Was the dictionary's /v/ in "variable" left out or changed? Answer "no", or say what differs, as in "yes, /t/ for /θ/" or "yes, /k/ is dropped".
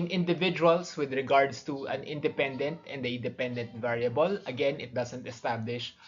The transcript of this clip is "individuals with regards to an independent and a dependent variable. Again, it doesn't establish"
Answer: no